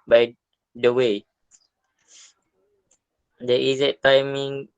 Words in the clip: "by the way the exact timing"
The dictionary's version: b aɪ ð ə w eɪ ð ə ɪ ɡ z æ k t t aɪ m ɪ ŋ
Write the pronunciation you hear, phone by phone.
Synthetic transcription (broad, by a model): b aɪ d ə w eɪ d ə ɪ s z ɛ t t aɪ m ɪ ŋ